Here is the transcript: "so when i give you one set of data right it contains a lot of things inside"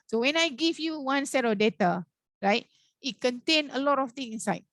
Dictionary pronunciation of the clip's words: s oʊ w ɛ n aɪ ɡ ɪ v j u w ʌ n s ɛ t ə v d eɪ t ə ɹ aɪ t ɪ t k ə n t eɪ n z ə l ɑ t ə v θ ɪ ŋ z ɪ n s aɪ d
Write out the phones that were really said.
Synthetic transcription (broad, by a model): s oʊ w ɛ n aɪ ɡ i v j u w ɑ n s ɛ t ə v d eɪ t ə ɹ aɪ t ɪ t k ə n t eɪ n ə l ɑ t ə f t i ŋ ɪ n s aɪ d